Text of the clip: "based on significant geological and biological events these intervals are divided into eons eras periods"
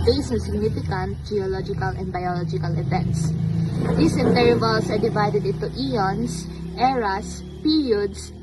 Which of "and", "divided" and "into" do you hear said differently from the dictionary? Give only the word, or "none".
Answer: into